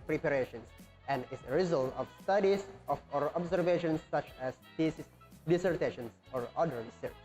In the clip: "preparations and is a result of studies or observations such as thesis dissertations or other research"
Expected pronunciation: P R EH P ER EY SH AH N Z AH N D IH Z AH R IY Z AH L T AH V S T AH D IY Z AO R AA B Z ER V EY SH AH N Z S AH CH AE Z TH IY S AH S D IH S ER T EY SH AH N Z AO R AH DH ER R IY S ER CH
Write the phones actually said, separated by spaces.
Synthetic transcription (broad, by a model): P R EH P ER EY SH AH N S AH N D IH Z AH R IY Z AH L T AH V S T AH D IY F AO R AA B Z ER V EY SH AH N S AH CH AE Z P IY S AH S D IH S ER T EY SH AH N S AO R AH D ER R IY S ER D